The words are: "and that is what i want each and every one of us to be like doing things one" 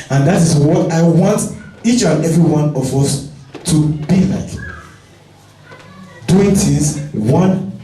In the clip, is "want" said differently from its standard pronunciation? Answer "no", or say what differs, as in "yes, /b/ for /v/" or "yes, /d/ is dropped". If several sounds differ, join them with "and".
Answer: no